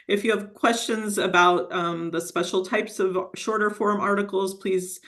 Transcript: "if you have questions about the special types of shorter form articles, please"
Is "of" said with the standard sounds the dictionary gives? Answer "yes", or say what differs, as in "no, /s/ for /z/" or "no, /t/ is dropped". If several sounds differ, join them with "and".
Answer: yes